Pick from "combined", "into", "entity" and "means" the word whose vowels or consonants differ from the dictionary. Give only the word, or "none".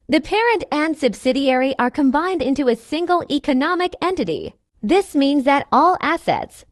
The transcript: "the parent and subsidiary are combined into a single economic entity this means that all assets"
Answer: none